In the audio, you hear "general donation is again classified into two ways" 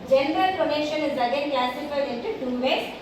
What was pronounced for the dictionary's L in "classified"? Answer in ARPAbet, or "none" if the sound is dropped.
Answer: none